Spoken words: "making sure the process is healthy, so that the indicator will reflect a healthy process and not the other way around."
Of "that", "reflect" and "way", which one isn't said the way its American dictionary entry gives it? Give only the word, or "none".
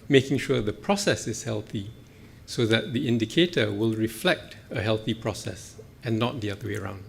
none